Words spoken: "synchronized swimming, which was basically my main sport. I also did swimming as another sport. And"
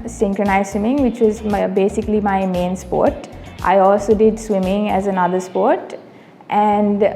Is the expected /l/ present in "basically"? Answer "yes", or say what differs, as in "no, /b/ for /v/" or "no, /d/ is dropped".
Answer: yes